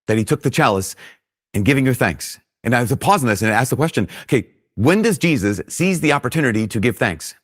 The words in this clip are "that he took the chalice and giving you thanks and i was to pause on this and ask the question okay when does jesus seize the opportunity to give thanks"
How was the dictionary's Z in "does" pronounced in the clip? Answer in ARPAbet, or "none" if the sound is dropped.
Z